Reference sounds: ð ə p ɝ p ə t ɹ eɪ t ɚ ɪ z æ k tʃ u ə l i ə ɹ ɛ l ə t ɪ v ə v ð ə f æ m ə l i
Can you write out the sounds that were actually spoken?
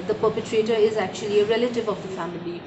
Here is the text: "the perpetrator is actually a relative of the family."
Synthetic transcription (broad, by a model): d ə p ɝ p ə t ɹ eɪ t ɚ ɪ z æ k tʃ u ə l i ə ɹ ɛ l ə t ɪ v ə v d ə f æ m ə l i